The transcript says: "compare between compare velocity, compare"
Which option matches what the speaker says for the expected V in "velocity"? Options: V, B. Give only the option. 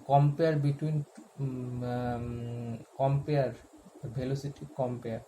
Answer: B